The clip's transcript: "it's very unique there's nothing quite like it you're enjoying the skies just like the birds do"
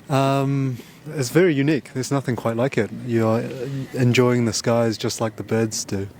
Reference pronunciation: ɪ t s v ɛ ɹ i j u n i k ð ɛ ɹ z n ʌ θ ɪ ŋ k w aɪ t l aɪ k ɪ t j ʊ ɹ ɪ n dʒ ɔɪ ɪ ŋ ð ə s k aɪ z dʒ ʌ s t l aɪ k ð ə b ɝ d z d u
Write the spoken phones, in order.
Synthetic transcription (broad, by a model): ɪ t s v ɛ ɹ i j u n i k ð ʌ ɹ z n ʌ θ ɪ ŋ k w aɪ t l aɪ k ɪ t j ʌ ɹ ɪ n dʒ ɔɪ ɪ ŋ ð ə s k aɪ z dʒ ʌ s t l aɪ k ð ə b ɝ d z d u